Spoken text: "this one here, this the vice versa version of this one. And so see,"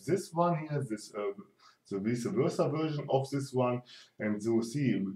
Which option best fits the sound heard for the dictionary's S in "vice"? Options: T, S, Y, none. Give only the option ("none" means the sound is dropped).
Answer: none